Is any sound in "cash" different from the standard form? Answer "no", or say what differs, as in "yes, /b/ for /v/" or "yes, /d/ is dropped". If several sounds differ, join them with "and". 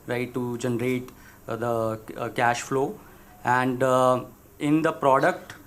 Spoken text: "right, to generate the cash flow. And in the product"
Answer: no